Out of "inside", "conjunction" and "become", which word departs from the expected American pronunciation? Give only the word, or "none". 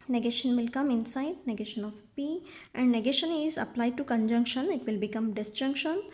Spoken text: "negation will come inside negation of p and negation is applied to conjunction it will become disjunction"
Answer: none